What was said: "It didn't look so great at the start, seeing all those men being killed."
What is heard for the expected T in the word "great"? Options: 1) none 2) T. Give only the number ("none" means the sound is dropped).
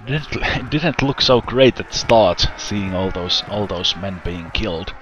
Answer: 1